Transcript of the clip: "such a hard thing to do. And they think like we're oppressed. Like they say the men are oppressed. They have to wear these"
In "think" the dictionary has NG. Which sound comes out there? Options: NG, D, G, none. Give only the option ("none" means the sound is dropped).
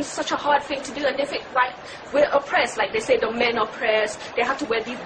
none